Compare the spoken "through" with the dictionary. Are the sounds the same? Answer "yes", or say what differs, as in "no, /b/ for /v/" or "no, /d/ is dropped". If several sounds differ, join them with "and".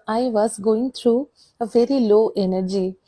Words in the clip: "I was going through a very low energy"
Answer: no, /t/ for /θ/